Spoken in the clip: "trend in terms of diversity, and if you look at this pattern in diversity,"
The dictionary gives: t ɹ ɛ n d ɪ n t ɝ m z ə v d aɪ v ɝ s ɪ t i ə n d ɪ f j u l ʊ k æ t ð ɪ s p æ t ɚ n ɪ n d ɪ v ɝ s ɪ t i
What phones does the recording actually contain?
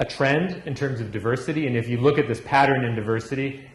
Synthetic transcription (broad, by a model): t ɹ ɛ n d ɪ n t ɝ m z ə v d aɪ v ɝ s ɪ t i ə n ɪ f j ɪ l ʊ k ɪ t ð ɪ s p æ t ɚ n ɪ n d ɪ v ɝ s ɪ t i